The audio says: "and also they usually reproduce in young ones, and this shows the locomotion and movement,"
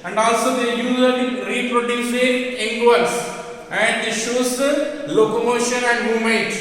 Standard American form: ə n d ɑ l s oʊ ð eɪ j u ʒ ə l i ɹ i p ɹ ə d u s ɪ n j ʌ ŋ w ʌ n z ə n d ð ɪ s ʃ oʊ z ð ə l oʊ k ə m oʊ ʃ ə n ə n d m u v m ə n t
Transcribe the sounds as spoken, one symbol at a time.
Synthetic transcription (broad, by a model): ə n d ɑ l s oʊ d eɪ j u z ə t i ɹ i p ɹ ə d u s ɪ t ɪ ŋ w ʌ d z ə n d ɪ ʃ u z l oʊ k ə m oʊ ʃ ə n ə n d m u m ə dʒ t